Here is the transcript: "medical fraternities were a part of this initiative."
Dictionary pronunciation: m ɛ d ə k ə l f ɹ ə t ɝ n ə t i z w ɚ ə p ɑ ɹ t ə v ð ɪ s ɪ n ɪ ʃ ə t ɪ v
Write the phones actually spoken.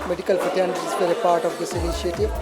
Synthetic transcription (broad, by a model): m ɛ d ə k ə l p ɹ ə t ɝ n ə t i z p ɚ ə p ɑ ɹ t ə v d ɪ s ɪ n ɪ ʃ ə t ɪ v